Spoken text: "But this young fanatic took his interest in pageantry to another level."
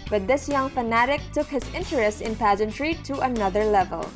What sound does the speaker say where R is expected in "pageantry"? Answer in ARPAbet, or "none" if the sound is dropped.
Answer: R